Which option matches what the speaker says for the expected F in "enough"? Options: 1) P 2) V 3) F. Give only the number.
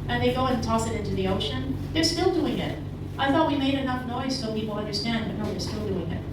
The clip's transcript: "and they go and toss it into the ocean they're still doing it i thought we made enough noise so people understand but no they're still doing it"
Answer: 3